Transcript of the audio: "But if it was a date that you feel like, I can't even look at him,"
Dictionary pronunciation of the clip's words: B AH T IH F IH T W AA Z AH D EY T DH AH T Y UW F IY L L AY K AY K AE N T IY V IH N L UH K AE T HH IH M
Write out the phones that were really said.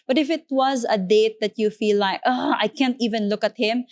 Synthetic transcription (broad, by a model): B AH T IH F IH T W AA Z AH D EY T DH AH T Y UW F IY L L AY K AY K AE N T IY V IH N L UH K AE T HH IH M